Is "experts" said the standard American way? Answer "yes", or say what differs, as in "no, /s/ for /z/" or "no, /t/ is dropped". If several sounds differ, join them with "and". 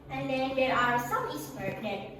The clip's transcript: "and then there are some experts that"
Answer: no, /k/ is dropped